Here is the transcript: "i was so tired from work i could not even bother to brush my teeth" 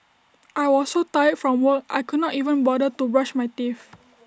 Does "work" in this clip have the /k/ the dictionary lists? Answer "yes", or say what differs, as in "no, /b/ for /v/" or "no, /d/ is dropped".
no, /k/ is dropped